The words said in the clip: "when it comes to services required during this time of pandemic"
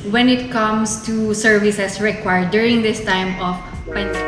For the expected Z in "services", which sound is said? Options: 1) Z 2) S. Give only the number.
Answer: 2